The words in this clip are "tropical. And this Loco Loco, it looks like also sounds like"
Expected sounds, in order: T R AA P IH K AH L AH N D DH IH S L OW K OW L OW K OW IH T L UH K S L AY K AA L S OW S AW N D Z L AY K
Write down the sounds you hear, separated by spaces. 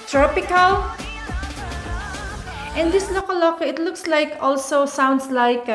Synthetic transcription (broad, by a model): T R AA P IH K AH L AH N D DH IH S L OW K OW L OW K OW IH T L UH K S L AY K AA L S OW S AW N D S L AY K